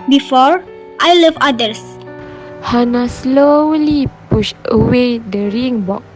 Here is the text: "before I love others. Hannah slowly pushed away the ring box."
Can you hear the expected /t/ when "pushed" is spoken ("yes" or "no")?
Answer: no